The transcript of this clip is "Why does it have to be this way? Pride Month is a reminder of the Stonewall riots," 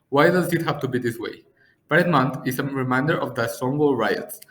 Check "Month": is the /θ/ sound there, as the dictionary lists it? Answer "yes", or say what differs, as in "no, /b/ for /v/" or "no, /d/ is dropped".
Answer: no, /t/ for /θ/